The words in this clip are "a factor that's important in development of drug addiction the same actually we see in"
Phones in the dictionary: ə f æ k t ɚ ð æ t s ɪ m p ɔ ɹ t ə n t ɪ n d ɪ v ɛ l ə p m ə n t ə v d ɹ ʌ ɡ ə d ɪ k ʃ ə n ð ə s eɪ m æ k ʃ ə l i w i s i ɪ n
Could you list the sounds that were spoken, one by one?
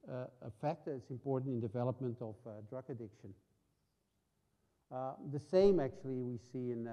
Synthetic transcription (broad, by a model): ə f æ k t ɚ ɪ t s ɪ m p ɔ ɹ t n t ɪ n d ɪ v ɛ l ə p m ə n t ə v d ɹ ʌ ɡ ə d ɪ k ʃ ə n ð ə s eɪ m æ k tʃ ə l i w i s i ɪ n